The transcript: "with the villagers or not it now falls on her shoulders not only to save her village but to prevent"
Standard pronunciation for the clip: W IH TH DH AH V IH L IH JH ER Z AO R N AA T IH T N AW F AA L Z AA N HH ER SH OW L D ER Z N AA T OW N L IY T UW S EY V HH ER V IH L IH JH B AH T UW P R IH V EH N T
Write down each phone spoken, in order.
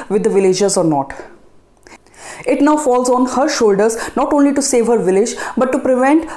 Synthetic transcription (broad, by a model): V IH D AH V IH L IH JH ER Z AO R N AA T IH T N AW F AA L Z AA N HH ER SH OW L D ER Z N AA T OW N L IY T UW S EY V HH ER V IH L IH JH B AH T UW P R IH V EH N T